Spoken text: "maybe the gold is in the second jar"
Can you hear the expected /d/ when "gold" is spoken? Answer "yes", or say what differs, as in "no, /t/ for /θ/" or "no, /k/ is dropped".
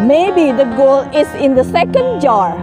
no, /d/ is dropped